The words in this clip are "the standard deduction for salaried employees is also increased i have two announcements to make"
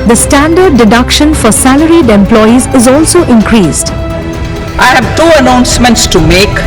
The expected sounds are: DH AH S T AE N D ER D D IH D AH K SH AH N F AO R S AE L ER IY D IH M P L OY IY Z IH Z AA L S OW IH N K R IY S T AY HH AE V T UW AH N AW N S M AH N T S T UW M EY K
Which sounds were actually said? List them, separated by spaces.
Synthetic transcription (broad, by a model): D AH S T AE N D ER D D IH D AH K SH AH N F AO R S AE L ER IY D IH M P L OY IY Z IH Z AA L S OW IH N K R IY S T AY HH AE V T UW AH N AW N S M AH N T S T UW M EY K